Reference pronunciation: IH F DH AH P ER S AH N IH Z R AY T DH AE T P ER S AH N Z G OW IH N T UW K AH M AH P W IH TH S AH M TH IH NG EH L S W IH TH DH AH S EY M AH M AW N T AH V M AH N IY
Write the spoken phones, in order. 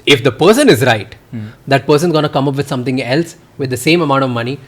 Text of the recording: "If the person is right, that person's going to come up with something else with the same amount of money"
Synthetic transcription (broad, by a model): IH F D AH P ER S AH N IH Z R AY T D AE T P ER S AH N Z G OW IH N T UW K AH M AH P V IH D S AH M T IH NG EH L S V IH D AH S EY M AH M AW N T AH V M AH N IY